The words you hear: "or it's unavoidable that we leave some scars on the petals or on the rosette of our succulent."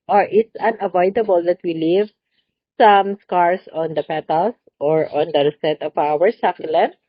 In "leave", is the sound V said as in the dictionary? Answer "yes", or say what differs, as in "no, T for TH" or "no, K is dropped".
yes